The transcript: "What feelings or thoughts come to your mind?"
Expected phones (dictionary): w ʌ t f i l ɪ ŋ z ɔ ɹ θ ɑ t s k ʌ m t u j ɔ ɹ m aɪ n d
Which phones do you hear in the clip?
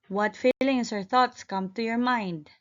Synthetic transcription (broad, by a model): w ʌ t f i l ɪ ŋ s ɔ ɹ θ ɑ t s k ʌ m t u j ɔ ɹ m aɪ n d